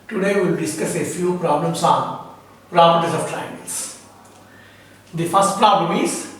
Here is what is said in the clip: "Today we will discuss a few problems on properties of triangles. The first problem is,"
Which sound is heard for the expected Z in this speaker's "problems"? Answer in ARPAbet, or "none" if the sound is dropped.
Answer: S